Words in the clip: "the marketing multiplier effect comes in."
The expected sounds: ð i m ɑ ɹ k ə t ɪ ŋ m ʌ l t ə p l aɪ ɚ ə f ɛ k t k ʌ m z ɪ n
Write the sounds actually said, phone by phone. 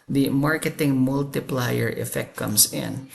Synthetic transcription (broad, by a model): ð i m ɑ ɹ k ə t ɪ ŋ m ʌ l t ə p l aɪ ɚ ə f ɛ k t k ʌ m s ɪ n